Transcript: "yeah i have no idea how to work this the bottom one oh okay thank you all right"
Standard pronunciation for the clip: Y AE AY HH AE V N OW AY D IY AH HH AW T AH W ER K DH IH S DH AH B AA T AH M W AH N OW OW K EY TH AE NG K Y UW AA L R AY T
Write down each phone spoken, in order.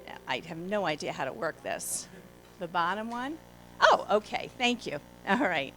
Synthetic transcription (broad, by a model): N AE AY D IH V N OW AY D IY AH HH AW T AH W ER K DH IH S DH AH B AA T AH M W AH N OW OW K EY TH AE NG K Y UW AA L R AY T